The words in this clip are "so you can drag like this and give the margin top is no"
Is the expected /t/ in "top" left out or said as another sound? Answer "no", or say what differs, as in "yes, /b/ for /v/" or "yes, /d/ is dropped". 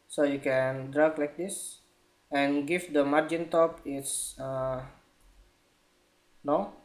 no